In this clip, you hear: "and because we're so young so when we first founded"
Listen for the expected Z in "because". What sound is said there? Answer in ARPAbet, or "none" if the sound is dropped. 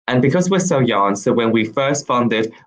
Z